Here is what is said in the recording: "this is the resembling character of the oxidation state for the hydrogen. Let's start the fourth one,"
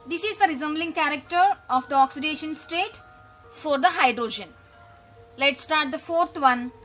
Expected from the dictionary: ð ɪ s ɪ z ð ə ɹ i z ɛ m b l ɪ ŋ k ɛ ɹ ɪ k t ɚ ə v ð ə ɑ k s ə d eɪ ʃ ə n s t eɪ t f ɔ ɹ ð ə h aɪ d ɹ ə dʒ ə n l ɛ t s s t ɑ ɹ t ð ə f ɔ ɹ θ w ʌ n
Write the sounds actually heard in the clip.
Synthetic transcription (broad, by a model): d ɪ s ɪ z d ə ɹ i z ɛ m b l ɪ ŋ k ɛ ɹ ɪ k t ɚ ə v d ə ɑ k s ə d eɪ ʃ ə n s t eɪ t f ɔ ɹ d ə h aɪ d ɹ ə dʒ ə n l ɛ t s s t ɑ ɹ t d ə f ɔ ɹ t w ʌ n